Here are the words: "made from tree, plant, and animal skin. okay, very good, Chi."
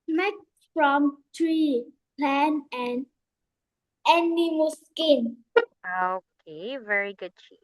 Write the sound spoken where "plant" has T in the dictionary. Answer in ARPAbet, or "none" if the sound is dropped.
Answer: none